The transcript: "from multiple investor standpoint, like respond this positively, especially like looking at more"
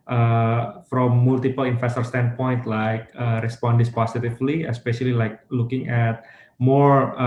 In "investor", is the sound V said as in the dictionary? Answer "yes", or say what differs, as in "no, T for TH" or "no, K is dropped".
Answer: no, F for V